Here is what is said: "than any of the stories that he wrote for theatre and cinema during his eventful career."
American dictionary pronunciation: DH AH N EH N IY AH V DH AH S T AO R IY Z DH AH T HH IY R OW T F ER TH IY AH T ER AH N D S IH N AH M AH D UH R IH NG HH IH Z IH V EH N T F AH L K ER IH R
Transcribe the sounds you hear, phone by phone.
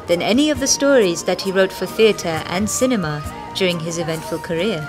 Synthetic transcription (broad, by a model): DH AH N EH N IY AH V DH AH S T AO R IY Z DH AH T HH IY R OW T F ER TH IY AH T ER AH N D S IH N AH M AH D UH R IH NG IH Z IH V EH N T F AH L K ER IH R